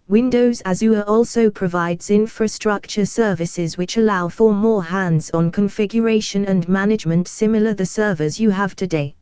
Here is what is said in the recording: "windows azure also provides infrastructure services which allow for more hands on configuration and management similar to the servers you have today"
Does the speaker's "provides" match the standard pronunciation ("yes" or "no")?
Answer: yes